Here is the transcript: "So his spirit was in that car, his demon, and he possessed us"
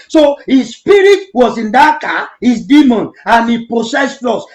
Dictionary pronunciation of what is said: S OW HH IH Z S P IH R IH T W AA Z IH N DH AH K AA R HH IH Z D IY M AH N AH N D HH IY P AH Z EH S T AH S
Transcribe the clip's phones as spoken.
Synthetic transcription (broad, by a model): S OW HH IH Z S P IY R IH T W AA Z IH N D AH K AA HH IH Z D IY M AH N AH N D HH IY P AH S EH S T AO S